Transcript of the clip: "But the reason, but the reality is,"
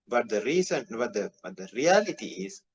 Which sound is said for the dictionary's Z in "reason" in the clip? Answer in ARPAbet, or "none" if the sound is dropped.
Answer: S